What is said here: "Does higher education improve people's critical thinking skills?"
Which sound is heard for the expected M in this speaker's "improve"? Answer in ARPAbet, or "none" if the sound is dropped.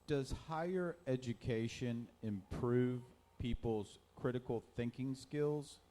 M